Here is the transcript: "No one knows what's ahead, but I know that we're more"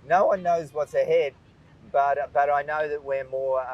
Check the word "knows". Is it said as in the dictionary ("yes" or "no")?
yes